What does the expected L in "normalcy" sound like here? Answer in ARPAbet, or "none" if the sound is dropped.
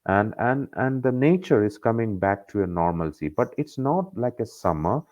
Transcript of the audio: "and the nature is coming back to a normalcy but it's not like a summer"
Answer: L